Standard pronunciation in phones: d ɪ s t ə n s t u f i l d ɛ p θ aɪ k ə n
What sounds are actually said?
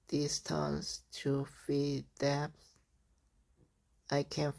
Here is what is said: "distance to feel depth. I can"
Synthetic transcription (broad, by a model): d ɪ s t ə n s t u f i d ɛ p s aɪ k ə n